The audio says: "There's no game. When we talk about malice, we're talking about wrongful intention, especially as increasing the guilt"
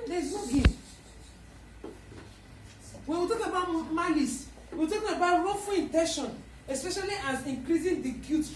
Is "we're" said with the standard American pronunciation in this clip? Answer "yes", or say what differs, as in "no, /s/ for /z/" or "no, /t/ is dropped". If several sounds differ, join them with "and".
no, /w/ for /ɹ/